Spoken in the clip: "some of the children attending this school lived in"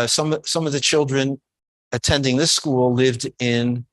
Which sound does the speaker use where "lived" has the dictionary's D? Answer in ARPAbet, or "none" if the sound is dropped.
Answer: D